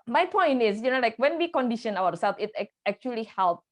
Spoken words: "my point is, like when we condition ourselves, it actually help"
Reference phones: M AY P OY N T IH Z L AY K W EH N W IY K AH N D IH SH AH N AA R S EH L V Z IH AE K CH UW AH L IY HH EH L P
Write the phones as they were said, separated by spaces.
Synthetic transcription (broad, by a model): M AY P OY N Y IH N L AY K W EH N W IY K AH N D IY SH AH N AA W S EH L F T IH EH K CH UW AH L IY HH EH L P